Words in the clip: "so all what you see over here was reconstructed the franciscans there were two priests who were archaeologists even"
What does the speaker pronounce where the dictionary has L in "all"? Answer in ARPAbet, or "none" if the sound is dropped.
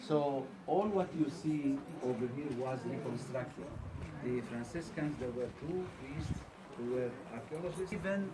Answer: L